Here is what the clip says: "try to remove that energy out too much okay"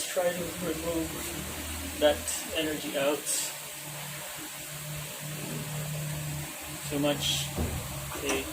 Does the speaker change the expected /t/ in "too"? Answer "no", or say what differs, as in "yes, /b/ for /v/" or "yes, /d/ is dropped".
yes, /s/ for /t/